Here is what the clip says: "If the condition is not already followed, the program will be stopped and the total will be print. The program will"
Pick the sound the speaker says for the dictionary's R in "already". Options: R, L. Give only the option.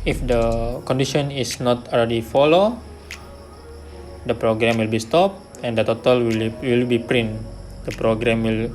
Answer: L